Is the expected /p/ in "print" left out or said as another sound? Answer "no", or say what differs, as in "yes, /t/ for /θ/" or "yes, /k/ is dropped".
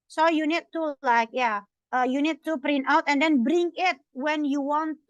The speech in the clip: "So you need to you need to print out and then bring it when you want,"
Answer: no